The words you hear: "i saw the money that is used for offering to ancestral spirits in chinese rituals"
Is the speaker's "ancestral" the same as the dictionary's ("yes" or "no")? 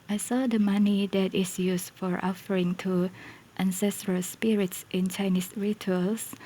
yes